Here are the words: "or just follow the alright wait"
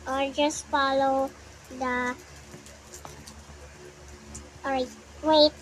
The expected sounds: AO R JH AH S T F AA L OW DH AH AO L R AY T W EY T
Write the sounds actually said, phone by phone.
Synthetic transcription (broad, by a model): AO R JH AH S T F AA L OW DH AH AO R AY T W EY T